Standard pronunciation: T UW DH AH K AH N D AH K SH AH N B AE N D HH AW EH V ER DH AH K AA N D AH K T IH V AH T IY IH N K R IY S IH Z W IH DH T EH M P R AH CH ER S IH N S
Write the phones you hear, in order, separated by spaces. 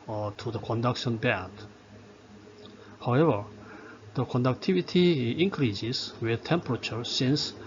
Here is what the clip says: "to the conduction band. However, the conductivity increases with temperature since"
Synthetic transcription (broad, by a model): T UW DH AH K AH N D AH K SH AH N B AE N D HH AW EH V ER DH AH K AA N D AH K T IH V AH T IY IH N K R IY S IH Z W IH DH T EH M P R AH CH ER S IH N S